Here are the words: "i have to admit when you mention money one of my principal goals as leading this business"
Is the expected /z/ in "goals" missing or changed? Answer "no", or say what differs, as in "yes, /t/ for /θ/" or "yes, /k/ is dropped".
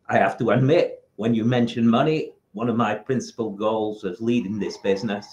no